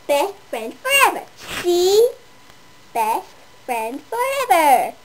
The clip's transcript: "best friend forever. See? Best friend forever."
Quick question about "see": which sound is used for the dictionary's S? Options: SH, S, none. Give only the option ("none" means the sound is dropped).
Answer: SH